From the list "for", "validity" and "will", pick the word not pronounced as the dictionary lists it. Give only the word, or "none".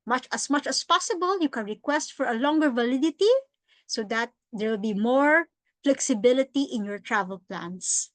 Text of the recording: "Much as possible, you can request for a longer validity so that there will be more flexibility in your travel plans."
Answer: none